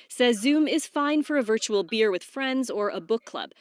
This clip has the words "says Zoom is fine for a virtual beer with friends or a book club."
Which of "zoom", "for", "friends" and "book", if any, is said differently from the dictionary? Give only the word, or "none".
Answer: none